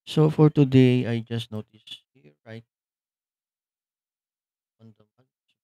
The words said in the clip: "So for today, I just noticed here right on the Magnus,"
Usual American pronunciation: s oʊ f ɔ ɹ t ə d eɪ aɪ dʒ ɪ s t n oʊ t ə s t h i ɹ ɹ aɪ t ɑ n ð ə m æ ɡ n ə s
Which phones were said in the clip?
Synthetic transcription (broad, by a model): s oʊ f ɔ ɹ t ə d eɪ aɪ dʒ ɪ s t n oʊ t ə s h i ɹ ɹ aɪ t ɑ n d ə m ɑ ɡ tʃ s